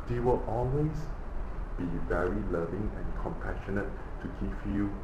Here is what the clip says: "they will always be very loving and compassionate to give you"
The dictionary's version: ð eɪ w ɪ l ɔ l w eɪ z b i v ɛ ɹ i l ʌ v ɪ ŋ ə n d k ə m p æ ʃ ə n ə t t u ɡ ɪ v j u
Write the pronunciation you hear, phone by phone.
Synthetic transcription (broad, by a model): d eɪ w ɪ l ɔ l w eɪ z b i v ɛ ɹ i l ʌ v ɪ ŋ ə n k ə m p æ ʃ ə n ə t t u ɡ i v j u